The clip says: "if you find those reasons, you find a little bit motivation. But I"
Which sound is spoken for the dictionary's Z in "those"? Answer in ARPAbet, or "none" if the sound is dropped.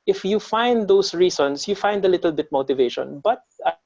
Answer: S